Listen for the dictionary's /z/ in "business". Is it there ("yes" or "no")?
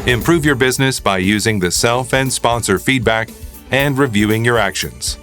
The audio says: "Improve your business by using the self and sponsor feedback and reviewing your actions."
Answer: yes